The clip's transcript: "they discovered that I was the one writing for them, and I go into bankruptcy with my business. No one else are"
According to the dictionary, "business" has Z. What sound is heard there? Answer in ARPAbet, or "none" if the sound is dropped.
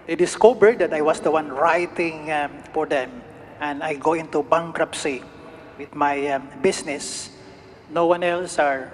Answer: S